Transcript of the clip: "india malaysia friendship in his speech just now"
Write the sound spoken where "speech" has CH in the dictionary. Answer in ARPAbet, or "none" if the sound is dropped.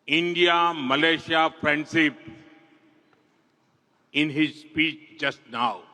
CH